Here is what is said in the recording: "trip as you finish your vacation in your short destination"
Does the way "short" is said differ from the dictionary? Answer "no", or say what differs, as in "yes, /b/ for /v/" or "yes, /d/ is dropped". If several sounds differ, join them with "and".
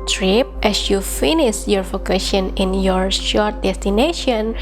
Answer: no